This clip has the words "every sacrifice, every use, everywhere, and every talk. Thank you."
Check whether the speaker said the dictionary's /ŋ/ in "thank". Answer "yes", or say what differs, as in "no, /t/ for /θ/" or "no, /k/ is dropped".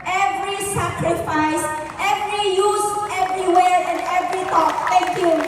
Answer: no, /ŋ/ is dropped